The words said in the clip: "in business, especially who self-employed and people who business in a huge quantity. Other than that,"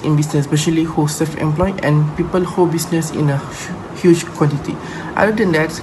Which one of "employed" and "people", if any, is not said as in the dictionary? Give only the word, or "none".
employed